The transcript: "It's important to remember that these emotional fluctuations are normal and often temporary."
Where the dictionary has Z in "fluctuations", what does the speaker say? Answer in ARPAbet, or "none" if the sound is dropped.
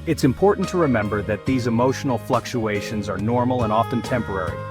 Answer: Z